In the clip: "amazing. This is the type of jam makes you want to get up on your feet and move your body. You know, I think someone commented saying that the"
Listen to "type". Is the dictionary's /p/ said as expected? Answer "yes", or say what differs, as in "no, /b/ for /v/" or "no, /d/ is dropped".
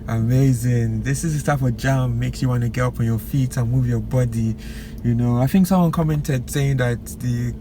no, /f/ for /p/